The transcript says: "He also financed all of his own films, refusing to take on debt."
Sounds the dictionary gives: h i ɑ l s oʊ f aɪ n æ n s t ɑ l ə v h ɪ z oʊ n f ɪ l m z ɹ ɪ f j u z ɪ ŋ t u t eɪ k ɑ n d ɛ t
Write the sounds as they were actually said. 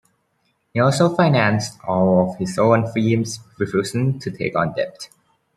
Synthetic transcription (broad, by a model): h i ɑ l s oʊ f aɪ n æ n s t ɑ l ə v h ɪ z oʊ n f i m s ɹ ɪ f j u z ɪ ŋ t u t eɪ k ɑ n d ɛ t